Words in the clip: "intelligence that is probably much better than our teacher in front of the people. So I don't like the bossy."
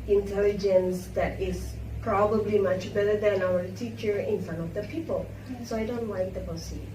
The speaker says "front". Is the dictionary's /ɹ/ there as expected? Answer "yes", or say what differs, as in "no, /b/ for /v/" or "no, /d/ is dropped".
no, /ɹ/ is dropped